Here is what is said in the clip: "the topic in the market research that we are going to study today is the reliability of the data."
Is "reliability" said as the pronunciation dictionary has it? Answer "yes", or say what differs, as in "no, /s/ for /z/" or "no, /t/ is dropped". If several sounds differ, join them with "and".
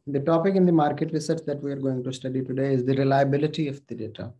yes